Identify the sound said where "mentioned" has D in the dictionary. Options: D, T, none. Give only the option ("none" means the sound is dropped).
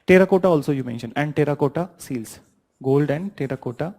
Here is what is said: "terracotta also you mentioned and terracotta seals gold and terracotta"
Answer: none